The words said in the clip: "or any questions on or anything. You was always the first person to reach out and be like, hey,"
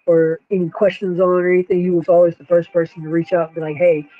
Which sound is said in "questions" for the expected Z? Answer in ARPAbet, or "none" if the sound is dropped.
Z